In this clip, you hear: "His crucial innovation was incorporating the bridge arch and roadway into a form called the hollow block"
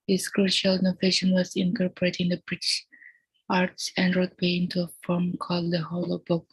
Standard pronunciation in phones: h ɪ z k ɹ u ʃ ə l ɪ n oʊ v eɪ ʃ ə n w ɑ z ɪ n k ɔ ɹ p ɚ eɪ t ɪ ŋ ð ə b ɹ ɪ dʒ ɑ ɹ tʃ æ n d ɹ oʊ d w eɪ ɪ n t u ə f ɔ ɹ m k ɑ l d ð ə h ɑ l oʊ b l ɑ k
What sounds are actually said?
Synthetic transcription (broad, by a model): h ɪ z k ɹ u ʃ ə l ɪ n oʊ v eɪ ʃ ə n w ɑ z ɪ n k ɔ ɹ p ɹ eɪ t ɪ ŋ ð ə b ɹ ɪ ʃ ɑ ɹ s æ n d ɹ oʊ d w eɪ ɪ n t u ə f ɔ ɹ m k ɑ l d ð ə h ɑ l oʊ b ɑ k